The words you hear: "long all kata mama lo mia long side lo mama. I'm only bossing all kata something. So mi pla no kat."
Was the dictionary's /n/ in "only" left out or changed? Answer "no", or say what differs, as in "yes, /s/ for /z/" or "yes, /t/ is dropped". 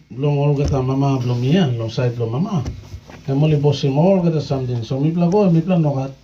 yes, /n/ is dropped